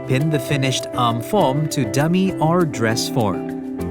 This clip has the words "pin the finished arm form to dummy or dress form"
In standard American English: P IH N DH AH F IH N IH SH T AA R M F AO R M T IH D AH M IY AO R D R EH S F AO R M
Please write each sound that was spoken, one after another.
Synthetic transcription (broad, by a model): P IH N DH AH F IH N IH SH T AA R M F AO R M T IH D AH M IY AO R D R EH S F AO R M